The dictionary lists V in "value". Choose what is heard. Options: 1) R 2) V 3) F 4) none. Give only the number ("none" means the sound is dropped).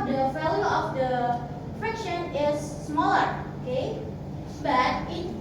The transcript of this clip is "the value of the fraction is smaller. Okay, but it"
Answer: 3